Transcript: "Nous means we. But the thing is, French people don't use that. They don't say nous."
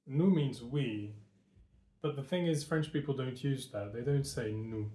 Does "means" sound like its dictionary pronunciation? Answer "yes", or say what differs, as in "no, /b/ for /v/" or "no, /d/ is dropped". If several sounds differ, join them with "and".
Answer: yes